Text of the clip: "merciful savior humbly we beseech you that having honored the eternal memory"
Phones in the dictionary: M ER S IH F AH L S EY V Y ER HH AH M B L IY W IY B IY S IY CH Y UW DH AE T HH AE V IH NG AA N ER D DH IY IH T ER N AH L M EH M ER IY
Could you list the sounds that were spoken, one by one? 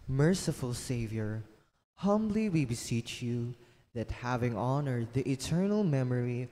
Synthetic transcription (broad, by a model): M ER S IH F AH L S EY V Y ER HH AH M B L IY W IY B IY S IY CH Y UW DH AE T HH AE V IH NG AA N ER D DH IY IH T ER N AH L M EH M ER IY